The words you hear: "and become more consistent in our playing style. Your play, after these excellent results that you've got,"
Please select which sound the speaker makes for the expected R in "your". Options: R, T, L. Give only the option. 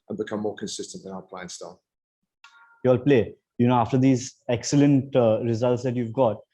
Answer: L